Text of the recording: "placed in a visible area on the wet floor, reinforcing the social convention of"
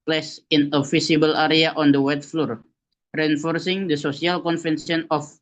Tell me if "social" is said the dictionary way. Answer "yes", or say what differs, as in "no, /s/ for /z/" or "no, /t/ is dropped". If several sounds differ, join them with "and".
no, /s/ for /ʃ/